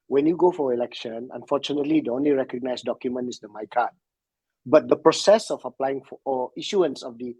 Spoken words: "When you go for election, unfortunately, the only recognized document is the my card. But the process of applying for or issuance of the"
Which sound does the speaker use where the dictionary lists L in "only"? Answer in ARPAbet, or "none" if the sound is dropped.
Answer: L